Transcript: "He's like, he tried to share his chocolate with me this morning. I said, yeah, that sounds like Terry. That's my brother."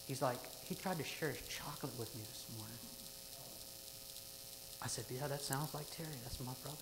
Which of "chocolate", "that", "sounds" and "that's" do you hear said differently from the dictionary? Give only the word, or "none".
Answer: none